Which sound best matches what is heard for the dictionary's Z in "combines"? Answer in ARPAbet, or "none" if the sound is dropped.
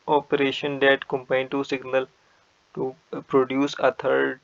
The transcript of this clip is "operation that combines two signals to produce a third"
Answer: none